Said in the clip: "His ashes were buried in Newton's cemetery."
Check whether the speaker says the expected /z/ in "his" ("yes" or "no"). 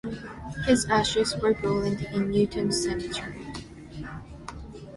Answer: yes